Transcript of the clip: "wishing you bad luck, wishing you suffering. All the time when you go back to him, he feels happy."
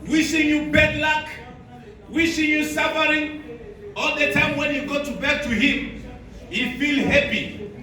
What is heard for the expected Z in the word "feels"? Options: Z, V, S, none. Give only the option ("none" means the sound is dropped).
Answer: none